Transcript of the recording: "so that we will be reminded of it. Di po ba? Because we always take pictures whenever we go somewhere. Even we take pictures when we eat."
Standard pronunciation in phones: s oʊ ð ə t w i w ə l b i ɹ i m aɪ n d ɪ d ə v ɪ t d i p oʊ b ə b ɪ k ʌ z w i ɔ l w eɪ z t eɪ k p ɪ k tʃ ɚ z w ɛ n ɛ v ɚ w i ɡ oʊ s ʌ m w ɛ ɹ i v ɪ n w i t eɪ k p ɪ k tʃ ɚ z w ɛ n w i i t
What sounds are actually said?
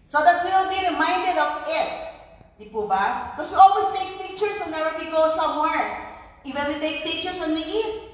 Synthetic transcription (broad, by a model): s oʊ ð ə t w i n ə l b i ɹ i m aɪ n d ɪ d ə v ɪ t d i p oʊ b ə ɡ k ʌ s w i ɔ l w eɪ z t eɪ k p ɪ k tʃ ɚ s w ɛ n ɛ w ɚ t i ɡ oʊ s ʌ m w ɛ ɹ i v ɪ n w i t eɪ k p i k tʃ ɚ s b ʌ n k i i